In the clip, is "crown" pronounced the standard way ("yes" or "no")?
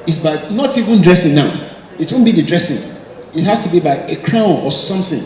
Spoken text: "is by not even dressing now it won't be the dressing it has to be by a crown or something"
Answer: yes